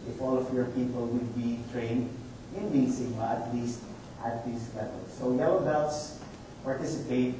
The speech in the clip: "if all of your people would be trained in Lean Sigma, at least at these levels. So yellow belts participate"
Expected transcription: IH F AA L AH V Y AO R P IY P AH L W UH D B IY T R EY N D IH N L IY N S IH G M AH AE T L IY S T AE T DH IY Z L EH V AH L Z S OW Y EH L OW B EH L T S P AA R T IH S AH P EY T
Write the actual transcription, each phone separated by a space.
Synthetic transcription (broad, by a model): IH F AA L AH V Y AO R P IY P AH L W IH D B IY T R EY N D IH N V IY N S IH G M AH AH T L IY S T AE T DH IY S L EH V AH L S OW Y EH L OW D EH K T S P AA R T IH S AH P EY T